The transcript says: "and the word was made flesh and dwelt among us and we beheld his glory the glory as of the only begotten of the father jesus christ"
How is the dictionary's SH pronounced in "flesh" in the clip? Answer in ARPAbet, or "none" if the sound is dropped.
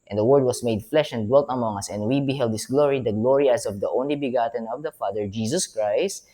SH